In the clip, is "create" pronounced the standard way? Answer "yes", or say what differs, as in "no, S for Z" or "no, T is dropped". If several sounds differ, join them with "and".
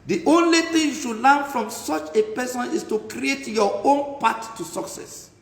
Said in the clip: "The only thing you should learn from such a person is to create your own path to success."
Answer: yes